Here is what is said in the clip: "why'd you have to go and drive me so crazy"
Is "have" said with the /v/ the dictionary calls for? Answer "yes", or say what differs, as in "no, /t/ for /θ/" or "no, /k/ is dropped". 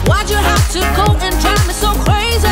no, /f/ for /v/